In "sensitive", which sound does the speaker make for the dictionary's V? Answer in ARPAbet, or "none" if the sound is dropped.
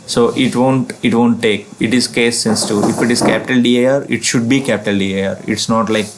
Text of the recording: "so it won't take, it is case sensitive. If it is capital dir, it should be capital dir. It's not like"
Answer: none